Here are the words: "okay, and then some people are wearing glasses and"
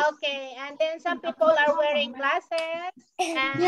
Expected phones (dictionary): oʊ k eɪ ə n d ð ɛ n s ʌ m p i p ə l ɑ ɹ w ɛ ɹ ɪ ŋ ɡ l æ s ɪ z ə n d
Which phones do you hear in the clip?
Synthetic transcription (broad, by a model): oʊ k eɪ ə n d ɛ n s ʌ m p i p ə l ɑ ɹ w ɛ ɹ ɪ ŋ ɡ l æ s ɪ s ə